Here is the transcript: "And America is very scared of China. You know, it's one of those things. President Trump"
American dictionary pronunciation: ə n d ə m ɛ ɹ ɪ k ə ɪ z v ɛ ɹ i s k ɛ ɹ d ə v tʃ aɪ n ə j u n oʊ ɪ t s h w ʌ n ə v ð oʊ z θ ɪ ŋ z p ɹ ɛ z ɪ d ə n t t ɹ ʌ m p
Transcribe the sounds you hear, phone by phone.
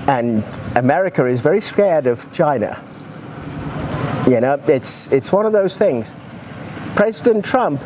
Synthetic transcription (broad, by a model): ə n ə m ɛ ɹ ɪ k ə ɪ z v ɛ ɹ i s k ɛ ɹ d ə v tʃ aɪ n ə j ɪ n oʊ ɪ t s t w ʌ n ə v ð oʊ z θ ɪ ŋ z p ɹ ɛ z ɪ d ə n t t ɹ ʌ m p